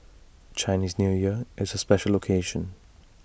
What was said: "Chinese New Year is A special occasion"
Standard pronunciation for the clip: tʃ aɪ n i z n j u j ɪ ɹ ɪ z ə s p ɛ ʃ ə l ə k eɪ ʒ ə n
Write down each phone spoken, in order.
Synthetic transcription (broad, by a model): tʃ aɪ n i z n j u j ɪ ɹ ɪ z ə s p ɛ ʃ ə l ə k eɪ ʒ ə n